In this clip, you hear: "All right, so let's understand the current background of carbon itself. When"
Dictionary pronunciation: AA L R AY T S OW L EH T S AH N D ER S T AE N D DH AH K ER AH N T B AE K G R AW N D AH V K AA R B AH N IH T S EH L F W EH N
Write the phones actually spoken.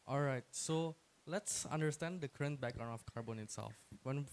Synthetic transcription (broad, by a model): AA L R AY T S OW L EH T S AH N D ER S T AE N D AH K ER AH N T B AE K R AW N AH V K AA R B AH N IH T S EH L F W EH N